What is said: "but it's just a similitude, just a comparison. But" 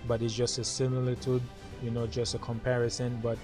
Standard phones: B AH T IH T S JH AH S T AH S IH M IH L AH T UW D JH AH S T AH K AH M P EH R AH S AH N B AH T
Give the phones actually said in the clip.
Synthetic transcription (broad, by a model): B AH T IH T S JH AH S T AH S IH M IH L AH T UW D JH AH S T AH K AH M P EH R AH S AH N B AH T